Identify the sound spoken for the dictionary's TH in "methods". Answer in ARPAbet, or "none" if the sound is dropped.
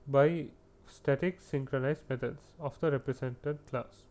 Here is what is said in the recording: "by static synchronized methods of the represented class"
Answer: T